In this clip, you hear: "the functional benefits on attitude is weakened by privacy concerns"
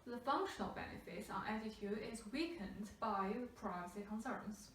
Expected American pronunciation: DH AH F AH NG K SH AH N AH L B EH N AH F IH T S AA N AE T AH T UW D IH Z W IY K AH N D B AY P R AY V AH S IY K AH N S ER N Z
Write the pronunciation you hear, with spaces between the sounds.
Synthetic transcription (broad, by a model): DH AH F AH NG K SH AH N AH L B EH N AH F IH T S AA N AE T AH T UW IH Z W IY K AH N D B AY P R AY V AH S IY K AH N S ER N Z